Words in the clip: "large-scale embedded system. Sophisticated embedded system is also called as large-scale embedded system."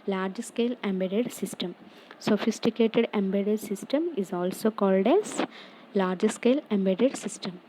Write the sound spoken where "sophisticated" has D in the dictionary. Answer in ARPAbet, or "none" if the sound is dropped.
D